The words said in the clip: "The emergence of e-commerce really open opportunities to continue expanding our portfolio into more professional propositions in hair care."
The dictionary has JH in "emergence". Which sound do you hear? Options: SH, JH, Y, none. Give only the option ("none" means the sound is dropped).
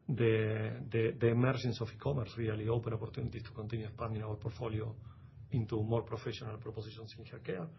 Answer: SH